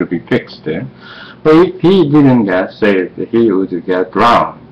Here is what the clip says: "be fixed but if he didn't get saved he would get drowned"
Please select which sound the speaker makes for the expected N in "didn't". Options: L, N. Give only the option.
N